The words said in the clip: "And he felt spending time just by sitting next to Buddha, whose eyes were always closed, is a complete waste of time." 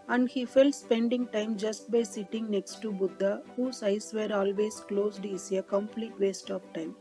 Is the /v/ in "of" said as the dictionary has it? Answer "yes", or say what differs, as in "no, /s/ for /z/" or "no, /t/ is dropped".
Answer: no, /p/ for /v/